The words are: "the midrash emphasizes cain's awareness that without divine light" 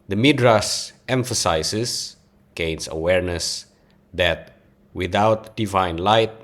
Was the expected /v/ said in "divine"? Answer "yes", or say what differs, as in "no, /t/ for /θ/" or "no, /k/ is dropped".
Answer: yes